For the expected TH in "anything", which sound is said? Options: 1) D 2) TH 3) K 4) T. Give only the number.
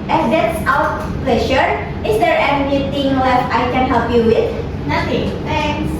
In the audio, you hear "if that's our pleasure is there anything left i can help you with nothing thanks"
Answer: 4